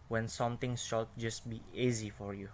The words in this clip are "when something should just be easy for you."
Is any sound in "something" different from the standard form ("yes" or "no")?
yes